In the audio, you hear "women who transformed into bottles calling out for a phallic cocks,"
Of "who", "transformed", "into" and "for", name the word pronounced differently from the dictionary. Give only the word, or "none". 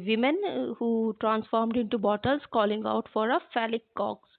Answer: none